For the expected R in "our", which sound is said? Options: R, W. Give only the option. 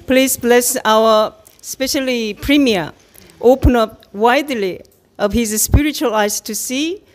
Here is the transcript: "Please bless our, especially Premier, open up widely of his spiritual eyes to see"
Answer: W